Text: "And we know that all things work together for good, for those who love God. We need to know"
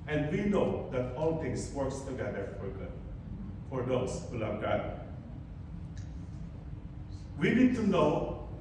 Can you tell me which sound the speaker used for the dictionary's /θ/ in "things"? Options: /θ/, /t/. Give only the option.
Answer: /t/